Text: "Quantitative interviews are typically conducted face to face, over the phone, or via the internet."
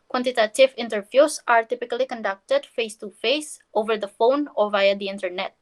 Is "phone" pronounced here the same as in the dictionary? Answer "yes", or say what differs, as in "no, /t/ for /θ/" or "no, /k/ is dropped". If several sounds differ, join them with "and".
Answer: yes